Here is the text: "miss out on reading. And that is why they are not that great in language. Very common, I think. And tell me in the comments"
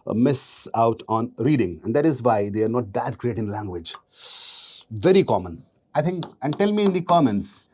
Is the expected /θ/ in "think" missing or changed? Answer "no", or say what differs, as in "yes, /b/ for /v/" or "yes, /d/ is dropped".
yes, /t/ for /θ/